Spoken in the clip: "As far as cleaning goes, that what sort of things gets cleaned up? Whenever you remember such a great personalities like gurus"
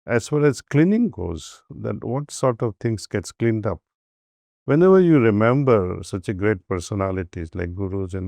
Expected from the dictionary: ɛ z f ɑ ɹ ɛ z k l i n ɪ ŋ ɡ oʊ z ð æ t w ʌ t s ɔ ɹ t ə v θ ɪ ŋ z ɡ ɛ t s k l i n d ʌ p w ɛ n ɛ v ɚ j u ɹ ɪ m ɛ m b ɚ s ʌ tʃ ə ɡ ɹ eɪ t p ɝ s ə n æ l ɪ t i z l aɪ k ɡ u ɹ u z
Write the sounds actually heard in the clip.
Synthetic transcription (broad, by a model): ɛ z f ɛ l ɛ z k l i n ɪ ŋ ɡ oʊ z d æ t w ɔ t s ɔ ɹ t ə v t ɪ ŋ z ɡ ɛ t s k l i n d ʌ p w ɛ n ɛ v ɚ j u ɹ ɪ m ɛ m b ɚ s ʌ tʃ ə ɡ ɹ eɪ t p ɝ s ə n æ l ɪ t i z l aɪ k ɡ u ɹ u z